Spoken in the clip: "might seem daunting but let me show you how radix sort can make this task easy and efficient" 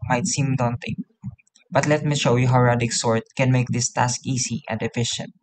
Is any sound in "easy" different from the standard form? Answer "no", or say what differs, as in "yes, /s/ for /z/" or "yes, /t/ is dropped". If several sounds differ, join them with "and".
yes, /s/ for /z/